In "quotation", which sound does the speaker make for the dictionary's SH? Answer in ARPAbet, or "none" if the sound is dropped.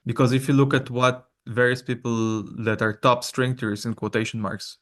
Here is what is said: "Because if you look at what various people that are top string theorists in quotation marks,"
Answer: SH